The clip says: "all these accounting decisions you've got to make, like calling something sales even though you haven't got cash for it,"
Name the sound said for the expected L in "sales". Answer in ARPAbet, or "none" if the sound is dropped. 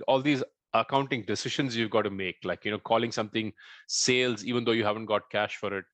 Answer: L